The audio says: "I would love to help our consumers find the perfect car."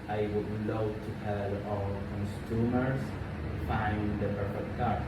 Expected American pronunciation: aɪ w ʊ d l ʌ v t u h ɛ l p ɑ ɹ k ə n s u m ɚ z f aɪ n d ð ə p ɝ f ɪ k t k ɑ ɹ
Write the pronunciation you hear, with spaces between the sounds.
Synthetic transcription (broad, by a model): aɪ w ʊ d l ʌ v t u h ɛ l ɑ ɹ k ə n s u m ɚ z f aɪ n d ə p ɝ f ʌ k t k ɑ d